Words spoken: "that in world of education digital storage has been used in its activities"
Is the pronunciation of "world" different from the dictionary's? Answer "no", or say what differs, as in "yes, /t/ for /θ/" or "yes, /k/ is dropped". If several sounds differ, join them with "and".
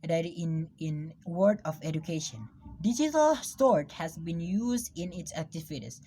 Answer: yes, /l/ is dropped